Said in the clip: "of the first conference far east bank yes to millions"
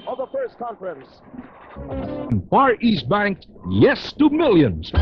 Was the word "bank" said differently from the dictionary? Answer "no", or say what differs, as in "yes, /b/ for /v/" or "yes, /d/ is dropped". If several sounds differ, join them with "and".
no